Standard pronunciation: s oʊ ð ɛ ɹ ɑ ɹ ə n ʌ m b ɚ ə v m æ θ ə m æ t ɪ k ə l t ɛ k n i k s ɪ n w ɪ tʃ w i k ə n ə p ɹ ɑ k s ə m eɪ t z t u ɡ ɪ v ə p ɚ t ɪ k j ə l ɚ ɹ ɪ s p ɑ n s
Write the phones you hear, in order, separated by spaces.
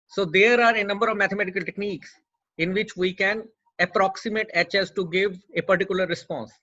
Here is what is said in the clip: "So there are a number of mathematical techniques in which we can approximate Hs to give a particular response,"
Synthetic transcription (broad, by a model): s oʊ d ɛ ɹ ɑ ɹ ə n ʌ m b ɚ ə v m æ t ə m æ t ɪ k ə l t ɛ k n i k s ɪ n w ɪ tʃ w i k ə n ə p ɹ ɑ k s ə m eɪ t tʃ t u ɡ ɪ v ə p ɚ t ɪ k j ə l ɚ ɹ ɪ s p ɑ n s